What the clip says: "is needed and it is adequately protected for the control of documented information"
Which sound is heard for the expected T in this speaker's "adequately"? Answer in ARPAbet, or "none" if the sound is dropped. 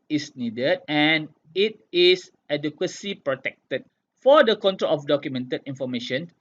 S